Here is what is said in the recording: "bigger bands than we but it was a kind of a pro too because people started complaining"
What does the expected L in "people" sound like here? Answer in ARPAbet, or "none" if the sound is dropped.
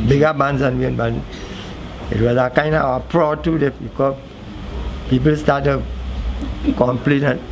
L